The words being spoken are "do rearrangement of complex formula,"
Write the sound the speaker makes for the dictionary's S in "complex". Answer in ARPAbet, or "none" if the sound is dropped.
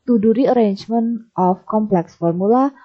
S